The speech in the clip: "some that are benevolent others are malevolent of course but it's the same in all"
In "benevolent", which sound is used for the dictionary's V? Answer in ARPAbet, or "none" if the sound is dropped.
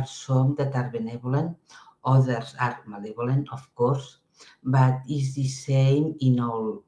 B